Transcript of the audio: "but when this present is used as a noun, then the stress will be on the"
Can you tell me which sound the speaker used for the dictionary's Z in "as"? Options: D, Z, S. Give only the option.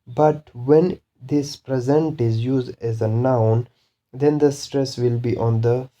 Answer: Z